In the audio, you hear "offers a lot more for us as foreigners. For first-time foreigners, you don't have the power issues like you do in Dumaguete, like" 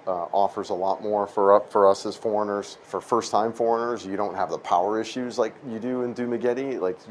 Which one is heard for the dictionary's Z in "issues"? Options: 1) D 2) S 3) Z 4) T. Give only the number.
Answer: 3